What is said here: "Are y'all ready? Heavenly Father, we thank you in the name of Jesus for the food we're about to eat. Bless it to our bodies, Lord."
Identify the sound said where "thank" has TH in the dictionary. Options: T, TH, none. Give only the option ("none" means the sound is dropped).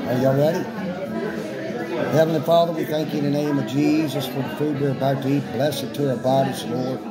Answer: TH